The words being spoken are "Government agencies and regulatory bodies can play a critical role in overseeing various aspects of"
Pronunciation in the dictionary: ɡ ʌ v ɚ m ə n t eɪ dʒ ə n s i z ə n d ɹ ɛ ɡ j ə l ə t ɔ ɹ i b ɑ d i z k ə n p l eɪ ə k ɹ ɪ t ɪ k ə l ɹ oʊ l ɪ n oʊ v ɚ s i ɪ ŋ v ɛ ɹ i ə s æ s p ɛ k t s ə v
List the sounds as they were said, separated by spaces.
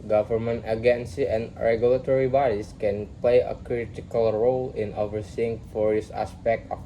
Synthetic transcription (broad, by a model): ɡ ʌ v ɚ m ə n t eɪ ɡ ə n s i ə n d ɹ ɛ ɡ j ə l ə t ɔ ɹ i b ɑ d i s k ə n p l eɪ ə k ɹ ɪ t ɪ k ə l ɹ oʊ l ɪ n oʊ v ɚ s i ɪ ŋ f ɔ ɹ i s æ s p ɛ k t ə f